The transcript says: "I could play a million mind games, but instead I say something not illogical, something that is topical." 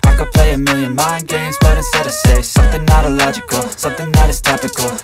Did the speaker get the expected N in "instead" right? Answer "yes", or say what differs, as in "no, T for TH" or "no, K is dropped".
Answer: no, N is dropped